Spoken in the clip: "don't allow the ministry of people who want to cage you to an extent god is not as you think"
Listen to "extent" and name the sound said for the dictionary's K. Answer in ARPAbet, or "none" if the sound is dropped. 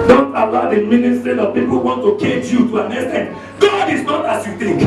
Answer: none